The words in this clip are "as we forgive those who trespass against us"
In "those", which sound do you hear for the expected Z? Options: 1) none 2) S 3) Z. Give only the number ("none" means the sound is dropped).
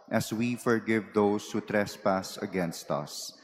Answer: 2